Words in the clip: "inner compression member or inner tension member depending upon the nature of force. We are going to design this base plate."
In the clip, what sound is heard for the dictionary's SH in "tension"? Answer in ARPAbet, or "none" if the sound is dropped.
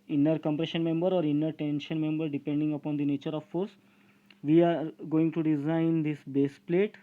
SH